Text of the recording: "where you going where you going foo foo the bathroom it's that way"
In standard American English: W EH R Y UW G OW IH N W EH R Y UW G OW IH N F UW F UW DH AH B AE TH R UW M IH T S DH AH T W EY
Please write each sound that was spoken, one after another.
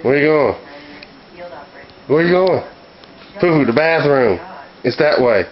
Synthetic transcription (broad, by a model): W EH R Y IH G OW IH N W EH R Y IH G OW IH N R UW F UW DH AH B AE TH R UW M IH T S DH AH T W EY